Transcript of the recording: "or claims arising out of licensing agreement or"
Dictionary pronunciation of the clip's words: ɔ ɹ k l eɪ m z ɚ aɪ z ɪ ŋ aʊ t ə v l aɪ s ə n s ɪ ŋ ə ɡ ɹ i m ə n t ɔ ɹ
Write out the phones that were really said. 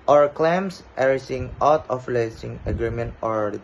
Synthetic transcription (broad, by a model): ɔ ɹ k l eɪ m s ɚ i s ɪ ŋ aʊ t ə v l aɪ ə s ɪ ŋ ə ɡ ɹ i m ə n t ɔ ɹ